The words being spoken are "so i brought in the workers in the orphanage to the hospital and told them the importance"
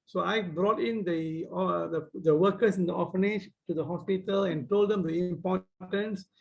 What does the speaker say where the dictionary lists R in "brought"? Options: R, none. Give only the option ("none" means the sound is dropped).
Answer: R